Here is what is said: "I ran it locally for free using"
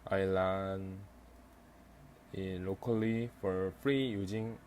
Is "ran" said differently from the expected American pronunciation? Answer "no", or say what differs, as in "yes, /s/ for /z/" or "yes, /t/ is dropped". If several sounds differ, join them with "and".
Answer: yes, /l/ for /ɹ/